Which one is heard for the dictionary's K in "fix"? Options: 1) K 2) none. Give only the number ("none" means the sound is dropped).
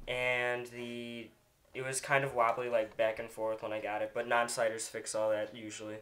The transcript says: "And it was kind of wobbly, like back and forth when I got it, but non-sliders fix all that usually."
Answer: 1